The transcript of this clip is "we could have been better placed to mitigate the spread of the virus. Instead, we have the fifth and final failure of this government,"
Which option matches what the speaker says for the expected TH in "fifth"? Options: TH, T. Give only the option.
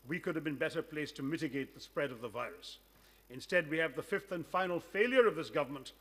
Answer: TH